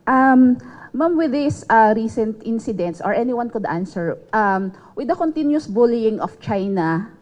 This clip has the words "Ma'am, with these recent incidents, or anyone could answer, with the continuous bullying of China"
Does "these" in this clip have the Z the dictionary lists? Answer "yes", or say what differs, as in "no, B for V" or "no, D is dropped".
no, Z is dropped